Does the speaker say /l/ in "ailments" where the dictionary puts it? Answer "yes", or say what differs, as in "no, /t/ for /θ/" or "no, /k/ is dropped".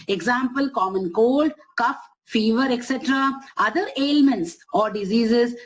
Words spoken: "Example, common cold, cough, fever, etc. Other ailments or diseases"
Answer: yes